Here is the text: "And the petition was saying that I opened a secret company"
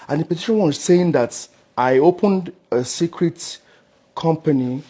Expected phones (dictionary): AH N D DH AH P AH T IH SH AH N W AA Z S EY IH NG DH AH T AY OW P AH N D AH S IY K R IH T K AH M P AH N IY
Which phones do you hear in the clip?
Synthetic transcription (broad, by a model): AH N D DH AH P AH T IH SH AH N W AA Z S EY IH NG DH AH T AY OW P AH N D AH S IY K R IH T K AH M P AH N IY